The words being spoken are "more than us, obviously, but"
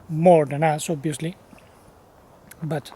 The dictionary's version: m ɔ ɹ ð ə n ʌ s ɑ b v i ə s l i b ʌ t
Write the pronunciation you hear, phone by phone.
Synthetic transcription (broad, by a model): m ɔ ɹ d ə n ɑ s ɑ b i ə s l i b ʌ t